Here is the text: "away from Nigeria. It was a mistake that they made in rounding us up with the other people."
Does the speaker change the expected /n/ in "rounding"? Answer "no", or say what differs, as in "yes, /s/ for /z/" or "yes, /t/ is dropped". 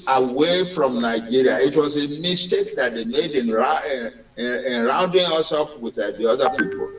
no